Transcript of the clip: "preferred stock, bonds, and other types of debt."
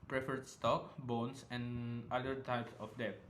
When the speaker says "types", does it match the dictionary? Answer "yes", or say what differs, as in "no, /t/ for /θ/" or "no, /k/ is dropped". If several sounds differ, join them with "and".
yes